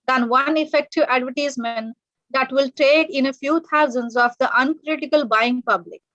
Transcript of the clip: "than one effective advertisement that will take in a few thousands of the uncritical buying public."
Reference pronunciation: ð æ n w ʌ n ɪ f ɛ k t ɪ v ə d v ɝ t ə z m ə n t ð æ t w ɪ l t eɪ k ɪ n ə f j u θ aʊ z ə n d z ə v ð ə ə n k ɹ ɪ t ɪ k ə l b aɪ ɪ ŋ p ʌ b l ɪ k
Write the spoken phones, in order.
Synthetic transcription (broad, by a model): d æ n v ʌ n ɪ f ɛ k t ɪ v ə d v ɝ t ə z m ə n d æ t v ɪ l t eɪ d ɪ n ə f j u t aʊ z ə n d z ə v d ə ə n k ɹ ɪ t ɪ k ə l b aɪ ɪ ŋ p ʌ b l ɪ k